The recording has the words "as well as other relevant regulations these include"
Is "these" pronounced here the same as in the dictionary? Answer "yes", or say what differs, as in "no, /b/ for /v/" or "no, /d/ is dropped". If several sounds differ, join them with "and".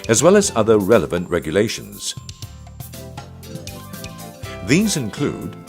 yes